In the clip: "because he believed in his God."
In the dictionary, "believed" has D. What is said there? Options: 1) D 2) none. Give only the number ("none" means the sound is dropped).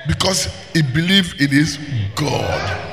2